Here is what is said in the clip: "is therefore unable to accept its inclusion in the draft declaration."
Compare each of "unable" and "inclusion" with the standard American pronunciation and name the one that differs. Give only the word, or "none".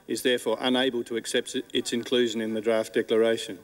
none